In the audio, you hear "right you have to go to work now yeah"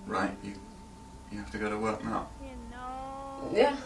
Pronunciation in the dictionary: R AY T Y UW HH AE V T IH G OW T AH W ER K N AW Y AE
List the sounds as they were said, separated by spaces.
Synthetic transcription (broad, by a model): R AY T Y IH HH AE F T IH G OW T AH W ER K N AW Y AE